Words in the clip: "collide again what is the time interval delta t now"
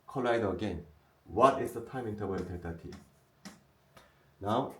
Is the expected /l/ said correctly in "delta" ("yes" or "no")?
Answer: no